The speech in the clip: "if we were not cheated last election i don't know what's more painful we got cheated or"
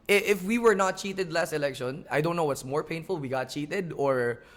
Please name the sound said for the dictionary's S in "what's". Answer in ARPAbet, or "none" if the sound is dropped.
S